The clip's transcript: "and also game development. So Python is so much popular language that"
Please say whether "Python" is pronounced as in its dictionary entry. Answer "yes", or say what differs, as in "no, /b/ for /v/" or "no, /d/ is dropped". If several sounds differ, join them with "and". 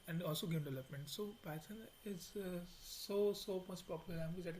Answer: no, /s/ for /θ/